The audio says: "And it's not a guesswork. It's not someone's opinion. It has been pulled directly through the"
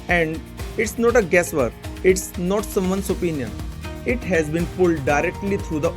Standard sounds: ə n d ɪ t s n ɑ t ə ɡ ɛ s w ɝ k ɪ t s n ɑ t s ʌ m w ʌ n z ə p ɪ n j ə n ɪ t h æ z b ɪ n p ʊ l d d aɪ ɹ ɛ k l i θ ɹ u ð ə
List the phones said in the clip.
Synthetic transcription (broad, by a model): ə n d ɪ t s n ɑ t ə ɡ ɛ s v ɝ ɪ t s n ɑ t s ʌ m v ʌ n s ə p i n j ə n ɪ t h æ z b ɪ n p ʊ l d d aɪ ɹ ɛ k l i t ɹ u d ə